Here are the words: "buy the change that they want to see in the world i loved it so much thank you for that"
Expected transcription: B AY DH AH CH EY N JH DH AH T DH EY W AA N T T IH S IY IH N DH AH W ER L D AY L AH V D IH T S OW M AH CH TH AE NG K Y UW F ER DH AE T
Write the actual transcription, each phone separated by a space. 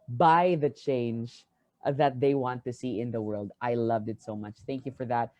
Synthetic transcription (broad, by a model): B AY DH AH CH EY N JH DH AH T DH EY W AA N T T IH S IY IH N DH AH W ER L D AY L AH V D IH T S OW M AH CH TH AE NG K Y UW F ER DH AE T